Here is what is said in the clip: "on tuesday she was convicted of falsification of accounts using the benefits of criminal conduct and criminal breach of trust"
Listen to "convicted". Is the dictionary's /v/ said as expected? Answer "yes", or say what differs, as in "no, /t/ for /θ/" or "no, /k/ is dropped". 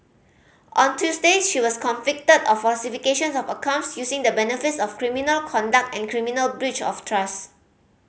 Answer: no, /f/ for /v/